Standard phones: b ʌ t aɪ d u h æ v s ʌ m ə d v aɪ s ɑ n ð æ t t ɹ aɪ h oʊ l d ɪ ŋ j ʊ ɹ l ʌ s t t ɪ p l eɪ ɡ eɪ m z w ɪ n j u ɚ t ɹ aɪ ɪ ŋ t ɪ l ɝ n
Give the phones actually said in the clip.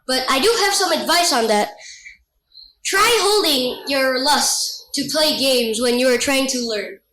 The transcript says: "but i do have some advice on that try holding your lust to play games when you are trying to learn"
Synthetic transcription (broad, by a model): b ʌ t aɪ d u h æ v s ʌ m ə d v aɪ s n ð æ t t ɹ aɪ h oʊ l d ɪ ŋ j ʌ ɹ l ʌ s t t ɪ p l eɪ ɡ eɪ m z w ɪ n j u ɚ t ɹ aɪ ɪ ŋ t ɪ l ɝ n